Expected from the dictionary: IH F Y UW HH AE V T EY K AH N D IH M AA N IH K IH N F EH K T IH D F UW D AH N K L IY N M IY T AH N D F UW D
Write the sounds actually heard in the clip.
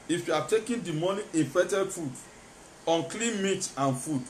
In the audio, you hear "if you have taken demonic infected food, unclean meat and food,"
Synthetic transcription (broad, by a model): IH F Y UW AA T EY K AH N D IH M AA N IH IH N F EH T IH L F UW D AH N K L IY N M IY T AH N F UW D